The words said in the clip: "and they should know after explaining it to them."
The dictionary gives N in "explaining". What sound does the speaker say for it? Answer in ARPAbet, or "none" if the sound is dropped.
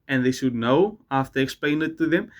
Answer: none